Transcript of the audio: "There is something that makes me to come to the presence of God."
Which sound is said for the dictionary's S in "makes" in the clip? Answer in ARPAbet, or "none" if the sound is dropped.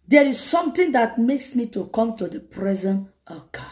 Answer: S